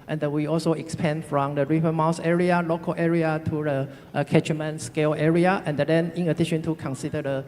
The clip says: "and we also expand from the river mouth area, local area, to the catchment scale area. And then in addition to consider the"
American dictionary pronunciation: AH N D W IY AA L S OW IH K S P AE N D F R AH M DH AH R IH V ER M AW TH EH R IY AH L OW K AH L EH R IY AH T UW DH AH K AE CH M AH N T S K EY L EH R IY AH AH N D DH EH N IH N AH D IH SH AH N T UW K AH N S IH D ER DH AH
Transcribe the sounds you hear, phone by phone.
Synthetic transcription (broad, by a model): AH N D W IY AA L S OW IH K S P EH N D F R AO M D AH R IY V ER M AW S EH R IY AH L OW K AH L EH R IY AH T UW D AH K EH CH M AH N S K EY L EH R IY AH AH N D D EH N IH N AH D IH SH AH N T UW K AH N S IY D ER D AH